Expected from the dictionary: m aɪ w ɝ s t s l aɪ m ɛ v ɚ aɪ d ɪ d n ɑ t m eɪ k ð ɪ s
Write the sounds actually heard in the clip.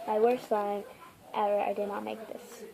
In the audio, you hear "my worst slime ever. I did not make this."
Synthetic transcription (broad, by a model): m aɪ w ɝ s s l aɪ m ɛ ɚ aɪ d ɪ d n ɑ t m eɪ k ð ɪ s